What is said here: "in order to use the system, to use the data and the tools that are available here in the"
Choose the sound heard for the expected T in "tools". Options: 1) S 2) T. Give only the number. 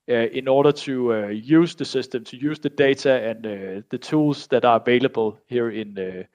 1